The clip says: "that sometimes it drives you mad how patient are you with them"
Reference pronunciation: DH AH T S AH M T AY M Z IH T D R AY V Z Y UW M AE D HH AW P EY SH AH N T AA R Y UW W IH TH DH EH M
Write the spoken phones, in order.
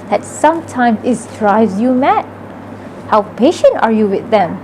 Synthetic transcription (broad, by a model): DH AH T S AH M T AY M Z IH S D R AY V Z Y UW M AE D HH AW P EY SH AH N T AA R Y UW W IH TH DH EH M